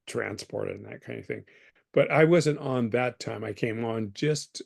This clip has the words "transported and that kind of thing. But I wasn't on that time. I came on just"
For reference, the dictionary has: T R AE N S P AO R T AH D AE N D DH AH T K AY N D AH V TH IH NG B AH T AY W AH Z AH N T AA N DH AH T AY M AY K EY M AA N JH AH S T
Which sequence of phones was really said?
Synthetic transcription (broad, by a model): T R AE N S P AO R T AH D N DH AH T K AY N D AH V TH IH NG B AH T AY W AH Z AH N T N DH AH T AY M AY K EY M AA N JH AH S T